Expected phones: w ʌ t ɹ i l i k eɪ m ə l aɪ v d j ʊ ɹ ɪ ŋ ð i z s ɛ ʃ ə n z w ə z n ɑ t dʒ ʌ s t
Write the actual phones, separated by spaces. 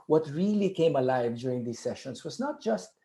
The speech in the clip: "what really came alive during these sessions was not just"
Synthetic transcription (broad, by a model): w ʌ t ɹ i l i k eɪ m ə l aɪ v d j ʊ ɹ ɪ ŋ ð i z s ɛ ʃ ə n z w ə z n ɑ t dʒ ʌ s t